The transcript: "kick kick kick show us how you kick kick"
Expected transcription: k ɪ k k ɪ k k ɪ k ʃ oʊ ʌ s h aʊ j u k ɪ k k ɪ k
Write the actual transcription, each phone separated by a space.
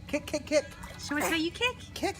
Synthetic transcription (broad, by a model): k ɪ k k ɪ k k ɪ k s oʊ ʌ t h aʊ j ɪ k ɪ k k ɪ k